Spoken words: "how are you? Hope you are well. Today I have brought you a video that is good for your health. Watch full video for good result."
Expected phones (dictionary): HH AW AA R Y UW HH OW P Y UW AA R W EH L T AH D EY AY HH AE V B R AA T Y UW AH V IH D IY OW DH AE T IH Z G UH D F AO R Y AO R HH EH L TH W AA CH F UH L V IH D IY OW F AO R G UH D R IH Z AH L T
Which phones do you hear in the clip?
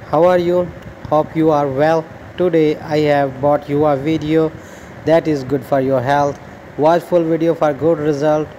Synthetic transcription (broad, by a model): HH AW AA R Y UW HH OW P Y UW AA R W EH L T AH D EY AY HH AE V B AA T Y UW AH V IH D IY OW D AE T IH Z G UH D F AO R Y AO R HH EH L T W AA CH F UH L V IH D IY OW F AO R G UH D R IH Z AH L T